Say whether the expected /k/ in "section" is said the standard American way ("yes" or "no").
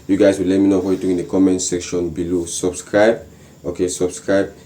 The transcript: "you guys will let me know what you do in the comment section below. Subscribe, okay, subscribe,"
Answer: yes